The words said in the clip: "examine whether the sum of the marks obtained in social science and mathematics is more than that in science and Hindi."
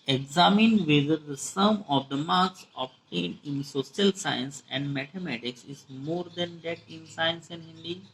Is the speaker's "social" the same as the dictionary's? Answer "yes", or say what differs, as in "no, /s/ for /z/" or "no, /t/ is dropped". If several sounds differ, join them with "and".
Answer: no, /s/ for /ʃ/